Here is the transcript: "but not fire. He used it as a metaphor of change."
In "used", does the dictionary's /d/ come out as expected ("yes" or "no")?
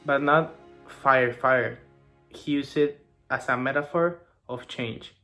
no